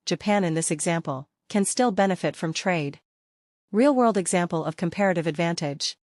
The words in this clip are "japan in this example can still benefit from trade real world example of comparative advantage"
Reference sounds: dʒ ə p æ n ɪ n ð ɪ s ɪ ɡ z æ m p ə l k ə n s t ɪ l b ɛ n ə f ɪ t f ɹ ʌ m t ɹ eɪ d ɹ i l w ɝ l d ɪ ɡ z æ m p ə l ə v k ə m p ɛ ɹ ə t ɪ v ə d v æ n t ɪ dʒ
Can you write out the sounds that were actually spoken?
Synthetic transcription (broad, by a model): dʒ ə p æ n ɪ n ð ɪ s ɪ ɡ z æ m p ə l k ə n s t ɪ l b ɛ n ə f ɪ t f ɹ ʌ m t ɹ eɪ d ɹ i l w ɝ l d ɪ ɡ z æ m p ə l ə v k ə m p ɛ ɹ ə t ɪ v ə d v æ n t ɪ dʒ